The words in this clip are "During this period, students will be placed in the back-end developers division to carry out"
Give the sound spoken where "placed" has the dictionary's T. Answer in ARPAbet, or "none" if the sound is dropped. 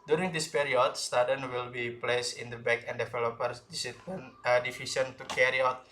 none